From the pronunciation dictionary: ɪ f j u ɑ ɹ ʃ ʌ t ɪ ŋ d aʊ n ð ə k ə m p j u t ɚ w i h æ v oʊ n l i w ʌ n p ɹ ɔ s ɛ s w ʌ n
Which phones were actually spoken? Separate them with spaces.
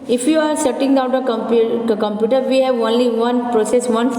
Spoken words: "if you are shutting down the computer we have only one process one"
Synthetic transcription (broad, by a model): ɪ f j u ɑ ɹ s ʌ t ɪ ŋ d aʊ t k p k ə m p j u t ɚ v i h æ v oʊ n l i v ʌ n p ɹ ɔ s ɛ s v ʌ n